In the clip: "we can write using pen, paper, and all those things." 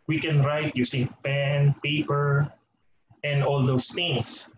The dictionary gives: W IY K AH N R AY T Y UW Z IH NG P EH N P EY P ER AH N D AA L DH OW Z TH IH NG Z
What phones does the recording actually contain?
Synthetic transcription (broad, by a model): W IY K AH N R AY T Y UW S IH NG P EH N P EY P ER AH N D AA L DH OW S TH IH NG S